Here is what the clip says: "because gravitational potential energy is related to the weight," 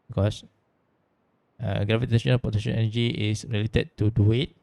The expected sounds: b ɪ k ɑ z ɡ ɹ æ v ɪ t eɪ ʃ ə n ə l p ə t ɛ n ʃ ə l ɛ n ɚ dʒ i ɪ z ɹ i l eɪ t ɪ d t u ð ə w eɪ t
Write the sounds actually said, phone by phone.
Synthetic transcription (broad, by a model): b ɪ k ɑ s ɡ ɹ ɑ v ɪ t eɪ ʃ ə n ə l p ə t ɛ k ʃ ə n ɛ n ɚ dʒ i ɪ s ɹ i l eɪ t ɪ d t u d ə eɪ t